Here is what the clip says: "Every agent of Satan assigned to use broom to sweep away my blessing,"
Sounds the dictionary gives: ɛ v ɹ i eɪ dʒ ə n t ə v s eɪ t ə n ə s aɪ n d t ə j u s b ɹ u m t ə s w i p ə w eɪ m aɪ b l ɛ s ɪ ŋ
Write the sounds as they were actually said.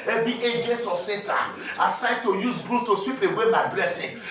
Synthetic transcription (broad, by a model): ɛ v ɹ i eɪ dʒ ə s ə s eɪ t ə ə s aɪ d t ə j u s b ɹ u t ə s w i p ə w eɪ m aɪ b l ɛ s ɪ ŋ